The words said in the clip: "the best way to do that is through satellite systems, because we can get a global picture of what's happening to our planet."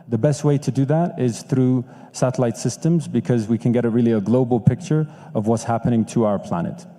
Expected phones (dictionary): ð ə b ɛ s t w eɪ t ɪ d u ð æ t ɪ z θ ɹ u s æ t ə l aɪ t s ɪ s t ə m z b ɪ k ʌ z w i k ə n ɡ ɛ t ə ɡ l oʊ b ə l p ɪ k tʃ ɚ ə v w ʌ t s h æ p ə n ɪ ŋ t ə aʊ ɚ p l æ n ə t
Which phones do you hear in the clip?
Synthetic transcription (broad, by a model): ð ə b ɛ s t w eɪ t ɪ d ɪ ð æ t ɪ z θ ɹ u s æ t ə l aɪ t s ɪ s t ə m z b ɪ k ʌ z w i k ə n ɡ ɛ t ə ɡ l oʊ b l p ɪ k tʃ ɚ ə v w ʌ t s h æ p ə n ɪ ŋ t ə aʊ ɚ p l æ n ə t